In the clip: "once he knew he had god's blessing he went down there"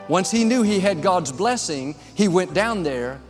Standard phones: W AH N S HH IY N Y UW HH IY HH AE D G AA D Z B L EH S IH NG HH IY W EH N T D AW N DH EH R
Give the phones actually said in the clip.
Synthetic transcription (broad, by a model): W AH N S HH IY N Y UW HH IY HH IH D G AA D Z B L EH S IH NG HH IY W EH N D AW N DH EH R